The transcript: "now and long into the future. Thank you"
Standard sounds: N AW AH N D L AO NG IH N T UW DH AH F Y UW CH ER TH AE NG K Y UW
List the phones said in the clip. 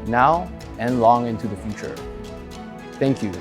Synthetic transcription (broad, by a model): N AW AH N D L AO NG IH N T UW DH AH F Y UW CH ER TH AE NG K Y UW